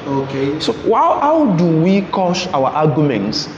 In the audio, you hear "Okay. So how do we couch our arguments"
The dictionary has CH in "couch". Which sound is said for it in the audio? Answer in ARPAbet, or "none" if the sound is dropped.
SH